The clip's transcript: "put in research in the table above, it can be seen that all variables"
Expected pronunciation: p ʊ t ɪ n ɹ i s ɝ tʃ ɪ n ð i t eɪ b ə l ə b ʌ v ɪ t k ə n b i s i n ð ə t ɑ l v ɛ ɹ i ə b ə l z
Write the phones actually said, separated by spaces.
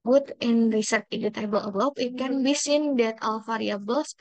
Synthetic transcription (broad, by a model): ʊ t ɪ n ɹ i s ɝ tʃ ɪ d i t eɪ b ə l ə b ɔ p ɪ t k ə n b i s i n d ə t ɑ l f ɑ ɹ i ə b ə l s